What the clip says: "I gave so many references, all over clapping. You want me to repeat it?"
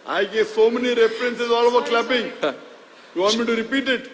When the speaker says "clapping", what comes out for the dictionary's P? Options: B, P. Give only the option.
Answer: B